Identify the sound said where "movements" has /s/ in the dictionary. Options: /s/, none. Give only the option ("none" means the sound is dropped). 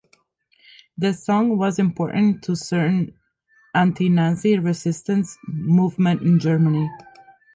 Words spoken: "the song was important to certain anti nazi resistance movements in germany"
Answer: none